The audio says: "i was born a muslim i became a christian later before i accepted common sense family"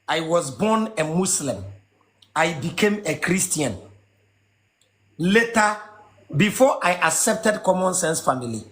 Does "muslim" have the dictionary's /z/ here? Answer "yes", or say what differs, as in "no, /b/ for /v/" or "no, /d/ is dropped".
no, /s/ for /z/